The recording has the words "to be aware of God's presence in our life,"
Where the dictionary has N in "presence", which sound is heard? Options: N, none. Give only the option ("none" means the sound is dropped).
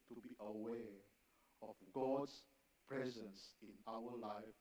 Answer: N